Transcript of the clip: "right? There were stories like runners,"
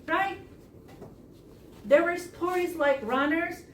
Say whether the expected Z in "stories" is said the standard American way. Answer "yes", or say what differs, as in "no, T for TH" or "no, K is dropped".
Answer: yes